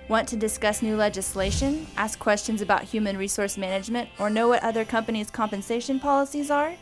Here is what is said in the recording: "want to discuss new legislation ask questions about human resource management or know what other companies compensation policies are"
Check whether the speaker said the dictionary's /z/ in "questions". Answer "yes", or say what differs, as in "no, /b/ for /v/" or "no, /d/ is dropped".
yes